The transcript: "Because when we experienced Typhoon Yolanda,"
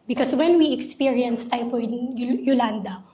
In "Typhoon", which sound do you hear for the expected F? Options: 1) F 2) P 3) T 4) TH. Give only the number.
2